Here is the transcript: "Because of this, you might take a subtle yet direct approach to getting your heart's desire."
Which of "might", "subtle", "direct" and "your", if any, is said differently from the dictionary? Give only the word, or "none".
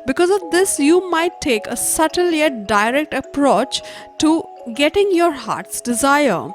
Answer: none